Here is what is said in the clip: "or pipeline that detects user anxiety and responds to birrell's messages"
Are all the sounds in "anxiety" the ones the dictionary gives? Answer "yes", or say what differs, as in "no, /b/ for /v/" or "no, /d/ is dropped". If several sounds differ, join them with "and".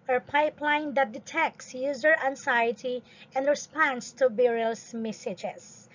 no, /s/ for /z/